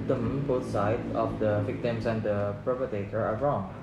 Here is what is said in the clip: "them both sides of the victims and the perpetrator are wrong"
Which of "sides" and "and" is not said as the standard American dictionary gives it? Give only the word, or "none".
sides